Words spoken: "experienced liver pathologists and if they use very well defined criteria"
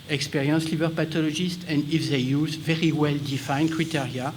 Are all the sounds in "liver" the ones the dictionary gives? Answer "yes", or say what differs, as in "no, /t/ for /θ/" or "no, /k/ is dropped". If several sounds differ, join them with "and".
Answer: no, /b/ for /v/